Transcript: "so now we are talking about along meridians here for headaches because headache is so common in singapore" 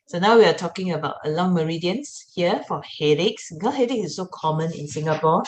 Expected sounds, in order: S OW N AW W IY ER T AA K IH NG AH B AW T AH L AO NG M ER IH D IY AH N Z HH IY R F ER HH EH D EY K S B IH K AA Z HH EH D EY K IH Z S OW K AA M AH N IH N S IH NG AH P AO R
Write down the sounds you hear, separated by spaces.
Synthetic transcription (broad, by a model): S OW N AW W IY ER T AA K IH NG AH B AW T AH L AO NG M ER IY D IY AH N S HH IY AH F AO HH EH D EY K S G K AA HH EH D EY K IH S OW K AA M AH N IH N S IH NG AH P AO